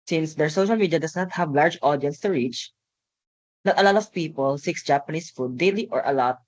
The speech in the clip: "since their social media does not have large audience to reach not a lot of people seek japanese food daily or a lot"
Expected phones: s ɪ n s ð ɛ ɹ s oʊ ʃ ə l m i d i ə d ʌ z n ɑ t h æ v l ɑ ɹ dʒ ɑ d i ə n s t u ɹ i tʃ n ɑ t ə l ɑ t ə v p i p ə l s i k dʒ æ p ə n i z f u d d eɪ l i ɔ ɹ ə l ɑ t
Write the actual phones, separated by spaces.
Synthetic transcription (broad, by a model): s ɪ n s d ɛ ɹ s oʊ ʃ ə l m i d i ə d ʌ s n ɑ t h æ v l ɑ ɹ dʒ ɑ d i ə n s t u ɹ i tʃ n ɑ t ə l ɑ t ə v p i p ə l s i k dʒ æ p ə n i s f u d d eɪ l i ɔ ɹ ə l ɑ t